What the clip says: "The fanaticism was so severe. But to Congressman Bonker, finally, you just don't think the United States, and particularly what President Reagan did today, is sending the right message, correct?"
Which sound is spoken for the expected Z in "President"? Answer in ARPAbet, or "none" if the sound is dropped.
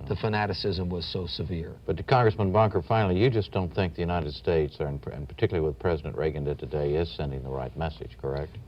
Z